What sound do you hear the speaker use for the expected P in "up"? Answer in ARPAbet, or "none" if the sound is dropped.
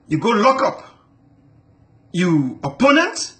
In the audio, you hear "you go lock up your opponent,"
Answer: P